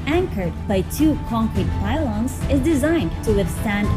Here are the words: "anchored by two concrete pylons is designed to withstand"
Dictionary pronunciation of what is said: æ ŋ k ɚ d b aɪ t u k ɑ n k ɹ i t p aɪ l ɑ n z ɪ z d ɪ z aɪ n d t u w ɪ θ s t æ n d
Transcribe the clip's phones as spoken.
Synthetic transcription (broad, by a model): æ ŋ k ɚ d b aɪ t u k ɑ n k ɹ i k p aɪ l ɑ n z ɪ z d ɪ z aɪ n d t u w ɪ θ s t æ n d